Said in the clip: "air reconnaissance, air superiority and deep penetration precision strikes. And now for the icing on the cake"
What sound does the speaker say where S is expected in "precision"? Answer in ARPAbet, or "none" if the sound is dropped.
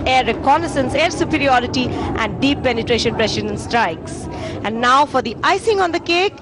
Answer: SH